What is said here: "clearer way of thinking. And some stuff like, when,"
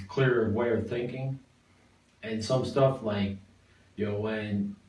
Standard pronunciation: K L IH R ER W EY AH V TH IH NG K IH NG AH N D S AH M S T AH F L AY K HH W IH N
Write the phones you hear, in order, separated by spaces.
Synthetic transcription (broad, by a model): K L IH R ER W EY AH V TH IH NG K IH NG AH N S AH M S T AH F L AY K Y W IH N